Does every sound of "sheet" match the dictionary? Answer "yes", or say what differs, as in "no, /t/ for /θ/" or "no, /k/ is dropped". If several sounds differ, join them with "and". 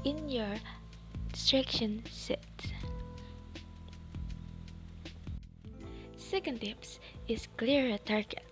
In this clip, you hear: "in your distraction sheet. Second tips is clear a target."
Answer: no, /s/ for /ʃ/